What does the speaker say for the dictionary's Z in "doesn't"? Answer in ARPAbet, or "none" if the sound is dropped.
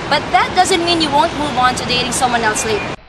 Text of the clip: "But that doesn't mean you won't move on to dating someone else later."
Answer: Z